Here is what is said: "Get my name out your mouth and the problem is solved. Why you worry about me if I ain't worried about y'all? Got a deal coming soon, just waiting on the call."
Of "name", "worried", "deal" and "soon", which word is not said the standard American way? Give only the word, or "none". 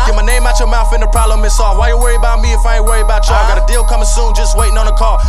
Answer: worried